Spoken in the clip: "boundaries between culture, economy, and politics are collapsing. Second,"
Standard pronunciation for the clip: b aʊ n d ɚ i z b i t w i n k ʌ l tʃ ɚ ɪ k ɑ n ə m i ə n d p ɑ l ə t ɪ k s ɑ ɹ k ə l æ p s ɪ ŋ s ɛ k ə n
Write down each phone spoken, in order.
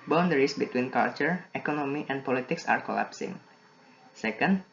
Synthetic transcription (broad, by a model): b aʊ n d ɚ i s b i t w i n k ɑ l tʃ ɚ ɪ k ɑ n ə m i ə n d p ɑ l ə t ɪ k s ɑ ɹ k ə l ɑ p s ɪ ŋ s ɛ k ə n